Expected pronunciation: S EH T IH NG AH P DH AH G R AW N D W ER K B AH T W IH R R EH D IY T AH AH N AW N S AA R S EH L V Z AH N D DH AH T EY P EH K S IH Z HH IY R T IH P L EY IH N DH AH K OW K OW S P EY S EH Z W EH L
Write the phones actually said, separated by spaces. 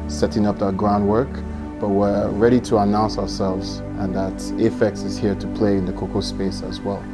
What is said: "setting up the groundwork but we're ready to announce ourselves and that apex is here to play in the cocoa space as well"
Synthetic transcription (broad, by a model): S EH T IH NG AH P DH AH G R AW N D W ER K B AH T W IH R R EH D IY T AH AH N AW N S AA R S EH L V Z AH N DH AH T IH F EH K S IH Z HH IY R T IH P L EY IH N DH AH K OW K OW S P EY S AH Z W EH L